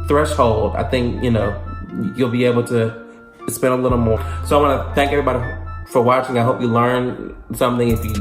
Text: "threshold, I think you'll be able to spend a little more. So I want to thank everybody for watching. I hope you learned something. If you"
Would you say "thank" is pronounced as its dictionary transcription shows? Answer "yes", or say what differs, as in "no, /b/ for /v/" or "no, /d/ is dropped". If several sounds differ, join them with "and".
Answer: yes